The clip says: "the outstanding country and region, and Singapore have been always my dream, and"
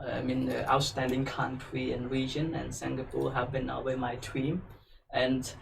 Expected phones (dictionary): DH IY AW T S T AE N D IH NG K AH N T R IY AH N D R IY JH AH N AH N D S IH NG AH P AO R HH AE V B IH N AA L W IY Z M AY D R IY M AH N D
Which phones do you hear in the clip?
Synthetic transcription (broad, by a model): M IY AW T S T AE N D IH NG K AH N T R IY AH N R IY JH AH N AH N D S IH NG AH P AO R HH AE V B IH N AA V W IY M AY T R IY M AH N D